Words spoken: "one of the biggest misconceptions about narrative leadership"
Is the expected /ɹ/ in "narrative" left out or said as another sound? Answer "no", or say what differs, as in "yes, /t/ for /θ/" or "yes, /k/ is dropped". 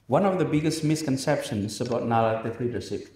yes, /l/ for /ɹ/